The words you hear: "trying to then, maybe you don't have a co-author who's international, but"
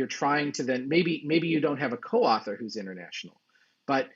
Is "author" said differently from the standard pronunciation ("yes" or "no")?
no